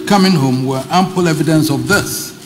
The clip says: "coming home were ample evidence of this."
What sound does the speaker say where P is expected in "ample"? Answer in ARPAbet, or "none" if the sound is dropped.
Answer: P